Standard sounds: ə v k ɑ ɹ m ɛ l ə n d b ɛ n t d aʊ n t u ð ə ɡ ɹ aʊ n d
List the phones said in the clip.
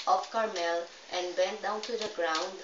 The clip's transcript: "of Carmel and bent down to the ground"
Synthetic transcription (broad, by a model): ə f k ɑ ɹ m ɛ l ə n d b ɛ n t d aʊ n t u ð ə ɡ ɹ aʊ n d